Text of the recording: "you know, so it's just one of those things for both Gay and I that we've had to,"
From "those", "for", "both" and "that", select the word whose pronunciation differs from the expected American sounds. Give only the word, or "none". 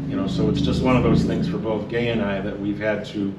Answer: none